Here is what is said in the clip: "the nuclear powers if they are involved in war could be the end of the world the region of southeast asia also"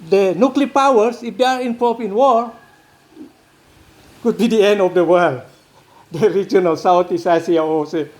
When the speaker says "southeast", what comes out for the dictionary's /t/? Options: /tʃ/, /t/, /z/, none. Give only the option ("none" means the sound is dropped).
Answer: none